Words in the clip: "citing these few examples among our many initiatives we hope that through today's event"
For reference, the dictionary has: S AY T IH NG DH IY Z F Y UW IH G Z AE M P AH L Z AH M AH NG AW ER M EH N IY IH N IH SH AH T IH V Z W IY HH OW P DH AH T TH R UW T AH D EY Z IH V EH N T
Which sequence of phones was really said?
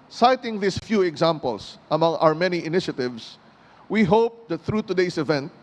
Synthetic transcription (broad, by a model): S AY T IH NG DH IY S F Y UW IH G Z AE M P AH L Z AH M AH NG AW ER M EH N IY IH N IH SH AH T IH V S W IY HH OW P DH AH T TH R UW T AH D EY S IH V EH N T